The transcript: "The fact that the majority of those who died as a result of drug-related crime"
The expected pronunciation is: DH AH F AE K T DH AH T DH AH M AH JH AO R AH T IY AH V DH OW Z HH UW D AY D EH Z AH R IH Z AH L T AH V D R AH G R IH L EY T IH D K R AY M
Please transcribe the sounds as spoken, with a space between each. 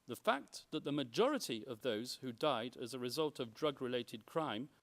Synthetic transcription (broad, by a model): DH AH F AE K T DH AH T DH AH M AH JH AO R AH T IY AH V DH OW Z HH UW D AY D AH Z AH R IH Z AH L T AH V D R AH G R IH L EY T IH D K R AY M